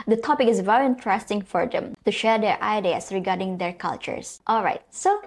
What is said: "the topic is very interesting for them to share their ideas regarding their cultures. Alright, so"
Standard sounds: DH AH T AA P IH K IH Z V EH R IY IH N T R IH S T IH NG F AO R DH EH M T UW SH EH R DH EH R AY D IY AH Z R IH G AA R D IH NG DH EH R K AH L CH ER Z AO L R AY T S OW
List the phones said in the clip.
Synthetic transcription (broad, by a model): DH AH T AA P IH K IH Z V EH R IY IH N T R IH S T IH NG F AO R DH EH M T UW SH EH R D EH R AY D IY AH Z R IH G AA R D IH NG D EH R K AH L CH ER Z AO L R AY T S OW